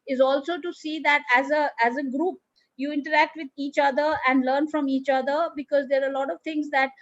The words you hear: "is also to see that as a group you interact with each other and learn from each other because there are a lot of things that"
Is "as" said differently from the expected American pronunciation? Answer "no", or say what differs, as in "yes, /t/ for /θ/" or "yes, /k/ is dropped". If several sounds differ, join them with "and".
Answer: no